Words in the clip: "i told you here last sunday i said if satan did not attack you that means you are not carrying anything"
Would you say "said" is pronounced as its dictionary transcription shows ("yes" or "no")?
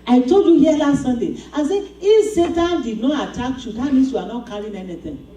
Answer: no